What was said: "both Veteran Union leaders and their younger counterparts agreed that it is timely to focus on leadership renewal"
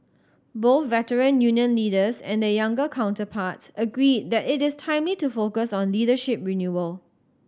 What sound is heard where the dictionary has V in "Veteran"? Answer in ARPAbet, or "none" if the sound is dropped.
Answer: V